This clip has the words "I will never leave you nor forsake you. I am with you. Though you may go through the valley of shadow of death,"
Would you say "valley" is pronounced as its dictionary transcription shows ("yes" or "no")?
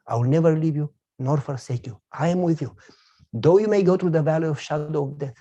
yes